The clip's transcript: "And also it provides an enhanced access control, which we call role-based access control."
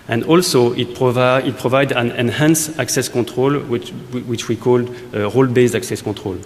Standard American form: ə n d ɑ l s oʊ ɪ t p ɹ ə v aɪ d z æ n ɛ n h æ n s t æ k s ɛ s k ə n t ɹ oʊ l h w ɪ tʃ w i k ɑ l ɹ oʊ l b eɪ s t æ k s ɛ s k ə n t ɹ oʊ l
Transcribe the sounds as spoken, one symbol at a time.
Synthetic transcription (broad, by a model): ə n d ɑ l s oʊ ɪ t p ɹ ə v aɪ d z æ n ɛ n h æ n s æ k s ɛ s k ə t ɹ oʊ l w w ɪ tʃ w i k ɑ l ɹ oʊ l b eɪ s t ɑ k s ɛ s k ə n t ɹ oʊ l